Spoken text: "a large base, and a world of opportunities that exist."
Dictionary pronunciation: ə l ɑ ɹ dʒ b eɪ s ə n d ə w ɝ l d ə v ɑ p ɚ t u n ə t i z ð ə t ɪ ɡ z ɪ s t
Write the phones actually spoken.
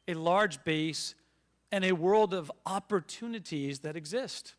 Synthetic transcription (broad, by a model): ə l ɑ ɹ dʒ b eɪ s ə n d ə w ɝ l d ə v ɑ p ɚ t u n ə t i z ð ə t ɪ ɡ z ɪ s t